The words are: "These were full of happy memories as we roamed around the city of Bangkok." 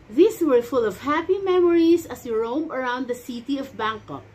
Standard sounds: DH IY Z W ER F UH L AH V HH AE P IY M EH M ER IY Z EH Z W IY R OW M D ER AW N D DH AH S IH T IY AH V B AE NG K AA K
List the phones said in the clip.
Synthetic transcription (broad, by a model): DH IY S W ER F UH L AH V HH AE P IY M EH M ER IY S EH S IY R OW M ER AW N D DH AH S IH T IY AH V B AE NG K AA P